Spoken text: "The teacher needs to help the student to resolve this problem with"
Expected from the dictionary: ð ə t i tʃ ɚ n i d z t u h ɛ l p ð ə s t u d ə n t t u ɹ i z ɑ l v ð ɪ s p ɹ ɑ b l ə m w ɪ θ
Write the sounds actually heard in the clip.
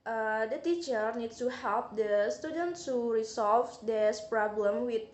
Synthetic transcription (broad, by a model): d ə t i tʃ ɚ n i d t u h ɛ l p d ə s t u d ə n t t u ɹ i s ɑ l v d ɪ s p ɹ ɑ b l ə m w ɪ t